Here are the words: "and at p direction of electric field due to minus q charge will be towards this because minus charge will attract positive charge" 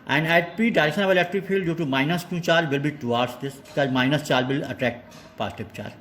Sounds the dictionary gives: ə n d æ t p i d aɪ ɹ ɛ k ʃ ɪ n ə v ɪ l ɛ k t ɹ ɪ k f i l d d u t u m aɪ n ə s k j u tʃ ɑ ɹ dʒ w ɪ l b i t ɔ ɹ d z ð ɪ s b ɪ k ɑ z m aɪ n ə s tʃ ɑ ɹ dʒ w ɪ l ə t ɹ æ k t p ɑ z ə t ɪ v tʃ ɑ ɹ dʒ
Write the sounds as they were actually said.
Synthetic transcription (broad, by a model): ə n d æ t p i d aɪ ɹ ɛ k ʃ ɪ n ə v ɪ l ɛ k t ɹ ɪ k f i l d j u t u m aɪ n ə s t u tʃ ɑ ɹ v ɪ l b i t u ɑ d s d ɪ s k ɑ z m aɪ n ə s tʃ ɑ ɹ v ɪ l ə t ɹ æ k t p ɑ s t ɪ p tʃ ɑ ɹ